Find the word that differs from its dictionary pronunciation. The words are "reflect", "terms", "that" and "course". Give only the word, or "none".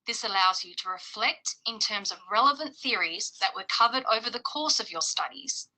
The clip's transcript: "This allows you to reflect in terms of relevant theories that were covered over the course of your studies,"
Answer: none